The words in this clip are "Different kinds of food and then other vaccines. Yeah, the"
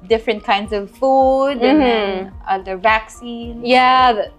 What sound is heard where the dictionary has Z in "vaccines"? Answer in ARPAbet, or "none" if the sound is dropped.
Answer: none